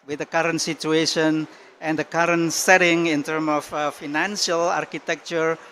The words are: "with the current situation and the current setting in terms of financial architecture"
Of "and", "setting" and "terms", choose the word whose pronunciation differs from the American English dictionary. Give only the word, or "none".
terms